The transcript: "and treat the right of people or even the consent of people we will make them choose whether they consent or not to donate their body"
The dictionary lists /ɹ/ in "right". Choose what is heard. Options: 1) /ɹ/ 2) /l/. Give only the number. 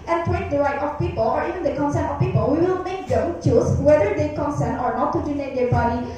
2